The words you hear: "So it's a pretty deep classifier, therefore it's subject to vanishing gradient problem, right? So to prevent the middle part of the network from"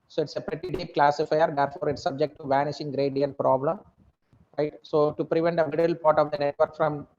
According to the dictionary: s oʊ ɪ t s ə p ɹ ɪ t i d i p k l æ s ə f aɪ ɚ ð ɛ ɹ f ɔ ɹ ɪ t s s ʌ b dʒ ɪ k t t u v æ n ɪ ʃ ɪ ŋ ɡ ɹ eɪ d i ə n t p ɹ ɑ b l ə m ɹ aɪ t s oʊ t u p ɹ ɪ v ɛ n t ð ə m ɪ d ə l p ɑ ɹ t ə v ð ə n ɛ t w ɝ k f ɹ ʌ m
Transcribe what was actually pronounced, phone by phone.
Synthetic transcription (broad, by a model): s oʊ ɪ t s ə p ɹ ɪ t i d i p k l æ s ə f aɪ ɚ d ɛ ɹ f ɔ ɹ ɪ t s s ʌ b dʒ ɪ k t t u v æ n ɪ ʃ ɪ ŋ ɡ ɹ eɪ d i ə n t p ɹ ɑ b l ə m ɹ aɪ t s oʊ t u p ɹ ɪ v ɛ n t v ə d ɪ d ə l p ɑ ɹ t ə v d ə n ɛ t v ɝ k f ɹ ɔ m